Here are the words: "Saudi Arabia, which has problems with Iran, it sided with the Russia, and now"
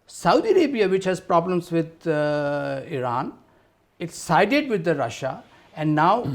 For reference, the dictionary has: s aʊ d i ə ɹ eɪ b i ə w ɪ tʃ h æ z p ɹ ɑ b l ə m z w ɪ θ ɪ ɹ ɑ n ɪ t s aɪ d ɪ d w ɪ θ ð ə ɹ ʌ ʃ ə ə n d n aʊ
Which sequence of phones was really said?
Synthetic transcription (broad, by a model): s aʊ d i ə ɹ eɪ b i ə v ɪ tʃ h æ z p ɹ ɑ b l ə m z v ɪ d ɪ ɹ ɑ n ɪ t s aɪ d ɪ d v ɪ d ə ɹ ʌ ʃ ə ə n d n aʊ